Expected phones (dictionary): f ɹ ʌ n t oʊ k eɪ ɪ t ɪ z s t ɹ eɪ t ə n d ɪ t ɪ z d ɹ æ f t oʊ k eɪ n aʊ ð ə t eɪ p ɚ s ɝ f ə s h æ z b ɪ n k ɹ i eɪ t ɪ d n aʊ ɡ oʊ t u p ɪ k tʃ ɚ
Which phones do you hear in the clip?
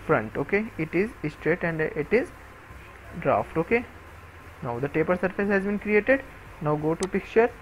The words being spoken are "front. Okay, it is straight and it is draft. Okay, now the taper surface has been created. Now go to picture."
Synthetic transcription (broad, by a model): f ɹ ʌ n t oʊ k eɪ ɪ t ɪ z s t ɹ eɪ t ə n d ɪ t ɪ z d ɹ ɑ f t oʊ k eɪ n aʊ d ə t eɪ p ɚ s ɝ f ə s h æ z b ɪ n k ɹ i eɪ t ɪ d n aʊ ɡ oʊ t u p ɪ k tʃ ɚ